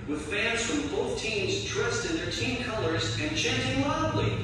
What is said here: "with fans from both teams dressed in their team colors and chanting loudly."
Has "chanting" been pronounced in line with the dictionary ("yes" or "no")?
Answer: yes